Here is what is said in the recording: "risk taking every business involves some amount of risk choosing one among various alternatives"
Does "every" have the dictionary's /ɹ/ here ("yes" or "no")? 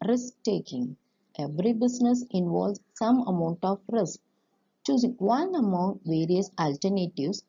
yes